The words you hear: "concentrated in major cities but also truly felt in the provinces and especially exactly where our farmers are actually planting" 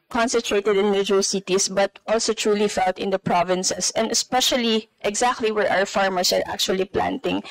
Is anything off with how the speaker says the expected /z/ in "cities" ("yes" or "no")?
yes